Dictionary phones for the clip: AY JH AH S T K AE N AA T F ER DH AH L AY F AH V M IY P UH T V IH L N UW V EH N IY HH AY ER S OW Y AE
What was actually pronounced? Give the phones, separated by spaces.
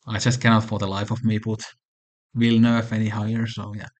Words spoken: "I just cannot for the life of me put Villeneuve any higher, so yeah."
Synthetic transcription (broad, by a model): AY JH AH S T K AE N AA T F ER DH AH L AY F AH V M IY B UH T W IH L N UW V EH N IY HH AY ER S OW Y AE